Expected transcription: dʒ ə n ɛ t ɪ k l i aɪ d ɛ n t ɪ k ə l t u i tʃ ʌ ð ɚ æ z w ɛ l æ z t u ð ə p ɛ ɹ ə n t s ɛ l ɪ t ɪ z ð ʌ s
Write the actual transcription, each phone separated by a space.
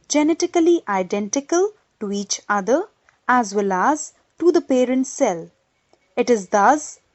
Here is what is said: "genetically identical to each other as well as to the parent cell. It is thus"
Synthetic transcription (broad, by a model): dʒ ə n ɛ t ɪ k l i aɪ d ɛ n t ɪ k ə l t u i tʃ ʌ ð ɚ æ z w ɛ l æ z t u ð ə p ɛ ɹ ə n t s ɛ l ɪ t ɪ z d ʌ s